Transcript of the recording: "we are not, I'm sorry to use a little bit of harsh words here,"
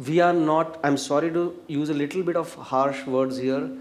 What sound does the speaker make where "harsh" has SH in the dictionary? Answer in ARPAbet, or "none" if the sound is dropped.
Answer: SH